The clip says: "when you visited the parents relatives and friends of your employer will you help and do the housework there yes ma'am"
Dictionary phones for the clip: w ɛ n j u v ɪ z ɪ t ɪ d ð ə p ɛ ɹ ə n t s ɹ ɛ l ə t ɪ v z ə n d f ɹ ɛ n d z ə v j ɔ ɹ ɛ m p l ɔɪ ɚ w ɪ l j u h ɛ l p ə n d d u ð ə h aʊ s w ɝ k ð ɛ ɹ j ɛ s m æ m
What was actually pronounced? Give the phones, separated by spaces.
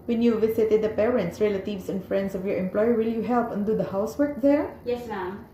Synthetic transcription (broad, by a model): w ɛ n j u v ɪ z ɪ t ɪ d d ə p ɛ ɹ ə n t s ɹ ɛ l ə t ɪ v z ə n f ɹ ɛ n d s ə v j ɔ ɹ ɛ m p l ɔɪ ɚ w ɪ l j u h ɛ l p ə n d d u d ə h aʊ s w ɝ k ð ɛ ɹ j ɛ s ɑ